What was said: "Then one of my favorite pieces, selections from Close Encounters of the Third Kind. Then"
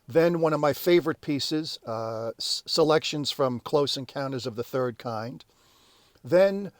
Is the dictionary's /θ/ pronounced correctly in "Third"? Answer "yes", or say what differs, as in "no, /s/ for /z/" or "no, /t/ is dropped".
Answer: yes